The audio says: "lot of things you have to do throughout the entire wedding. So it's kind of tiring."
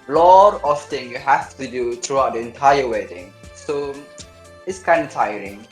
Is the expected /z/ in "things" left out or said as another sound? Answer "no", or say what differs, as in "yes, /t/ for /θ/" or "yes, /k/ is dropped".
yes, /z/ is dropped